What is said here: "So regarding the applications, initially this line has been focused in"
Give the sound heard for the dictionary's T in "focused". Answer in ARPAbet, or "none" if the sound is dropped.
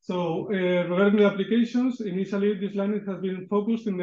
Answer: T